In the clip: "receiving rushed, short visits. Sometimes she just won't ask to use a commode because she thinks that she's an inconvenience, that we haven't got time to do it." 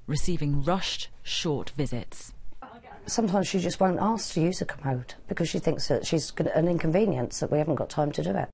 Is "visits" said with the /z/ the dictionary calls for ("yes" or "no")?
yes